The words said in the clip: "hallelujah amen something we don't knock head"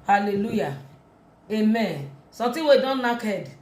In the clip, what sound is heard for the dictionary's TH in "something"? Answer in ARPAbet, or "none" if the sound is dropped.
T